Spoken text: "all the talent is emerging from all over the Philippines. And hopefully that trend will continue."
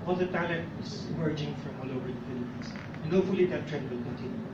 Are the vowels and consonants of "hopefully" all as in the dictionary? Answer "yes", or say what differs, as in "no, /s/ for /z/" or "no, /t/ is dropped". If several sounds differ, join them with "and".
no, /p/ is dropped